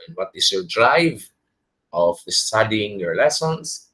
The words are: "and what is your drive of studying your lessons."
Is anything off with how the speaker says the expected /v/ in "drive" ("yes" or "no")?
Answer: no